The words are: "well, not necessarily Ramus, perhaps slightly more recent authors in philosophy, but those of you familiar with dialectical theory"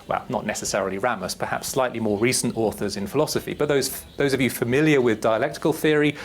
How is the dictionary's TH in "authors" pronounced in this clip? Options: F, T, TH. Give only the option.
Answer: TH